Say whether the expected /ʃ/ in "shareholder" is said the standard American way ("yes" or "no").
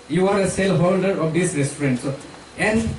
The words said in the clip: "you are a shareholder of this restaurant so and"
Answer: no